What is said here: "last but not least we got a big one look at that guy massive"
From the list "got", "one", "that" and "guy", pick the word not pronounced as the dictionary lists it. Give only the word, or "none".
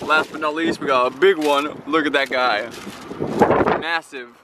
got